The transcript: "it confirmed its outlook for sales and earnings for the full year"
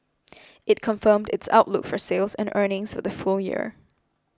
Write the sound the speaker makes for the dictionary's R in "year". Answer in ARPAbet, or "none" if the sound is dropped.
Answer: R